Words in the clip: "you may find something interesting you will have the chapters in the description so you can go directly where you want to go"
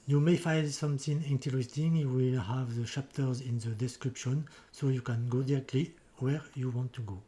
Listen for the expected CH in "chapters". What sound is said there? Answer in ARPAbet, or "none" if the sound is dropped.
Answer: SH